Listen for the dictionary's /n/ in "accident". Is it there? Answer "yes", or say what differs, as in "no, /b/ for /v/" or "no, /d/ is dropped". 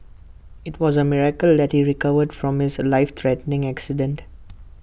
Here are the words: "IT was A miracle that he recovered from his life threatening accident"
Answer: yes